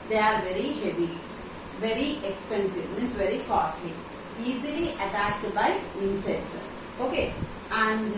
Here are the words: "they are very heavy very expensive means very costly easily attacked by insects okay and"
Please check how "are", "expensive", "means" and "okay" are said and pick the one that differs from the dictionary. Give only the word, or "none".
means